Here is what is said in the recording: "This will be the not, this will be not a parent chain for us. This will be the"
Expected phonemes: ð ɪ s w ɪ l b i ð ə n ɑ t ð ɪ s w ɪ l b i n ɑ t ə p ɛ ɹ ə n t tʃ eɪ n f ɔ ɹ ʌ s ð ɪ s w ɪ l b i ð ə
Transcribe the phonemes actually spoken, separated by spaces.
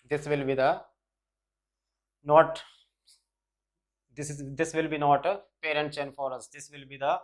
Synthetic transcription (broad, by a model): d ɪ s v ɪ l b i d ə n ɑ t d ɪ s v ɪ l b i n ɑ t ə p ɛ ɹ ə n t s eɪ n f ɔ ɹ ʌ s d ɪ s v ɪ l b i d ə